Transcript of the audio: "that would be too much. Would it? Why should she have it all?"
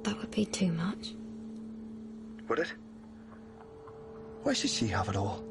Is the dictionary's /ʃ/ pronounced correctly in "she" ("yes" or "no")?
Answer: yes